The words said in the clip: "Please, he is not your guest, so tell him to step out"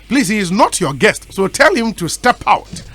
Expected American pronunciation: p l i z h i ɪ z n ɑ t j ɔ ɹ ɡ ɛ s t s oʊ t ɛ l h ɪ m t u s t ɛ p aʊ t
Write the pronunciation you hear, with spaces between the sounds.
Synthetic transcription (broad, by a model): p l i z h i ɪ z n ɑ t j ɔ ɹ ɡ ɛ s t s oʊ t ɛ l h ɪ m t u s t ɛ p aʊ t